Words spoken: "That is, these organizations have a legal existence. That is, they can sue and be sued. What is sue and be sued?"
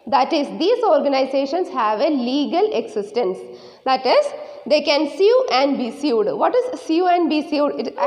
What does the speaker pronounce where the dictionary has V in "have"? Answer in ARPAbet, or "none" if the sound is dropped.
V